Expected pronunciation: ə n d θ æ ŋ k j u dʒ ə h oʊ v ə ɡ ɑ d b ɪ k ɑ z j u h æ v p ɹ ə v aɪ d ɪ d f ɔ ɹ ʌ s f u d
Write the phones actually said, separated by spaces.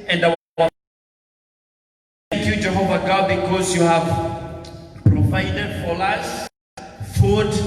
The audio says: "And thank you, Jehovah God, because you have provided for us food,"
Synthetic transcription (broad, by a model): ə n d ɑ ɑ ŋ k j u dʒ ə h oʊ v ə ɡ ɑ d b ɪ k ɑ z j u h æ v p ɹ ə v aɪ d ɪ d f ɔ l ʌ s f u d